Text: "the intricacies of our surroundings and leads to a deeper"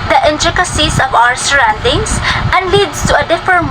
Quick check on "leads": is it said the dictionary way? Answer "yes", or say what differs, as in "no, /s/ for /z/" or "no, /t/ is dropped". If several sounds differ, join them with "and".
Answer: no, /s/ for /z/